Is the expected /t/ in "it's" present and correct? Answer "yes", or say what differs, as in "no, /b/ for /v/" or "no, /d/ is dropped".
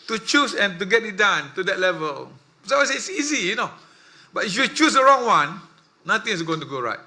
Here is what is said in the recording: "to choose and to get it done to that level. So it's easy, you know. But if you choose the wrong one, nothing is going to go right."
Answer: no, /s/ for /t/